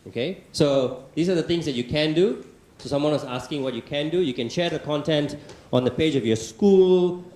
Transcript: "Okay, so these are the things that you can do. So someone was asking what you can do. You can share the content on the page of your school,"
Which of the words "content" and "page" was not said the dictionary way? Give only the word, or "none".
none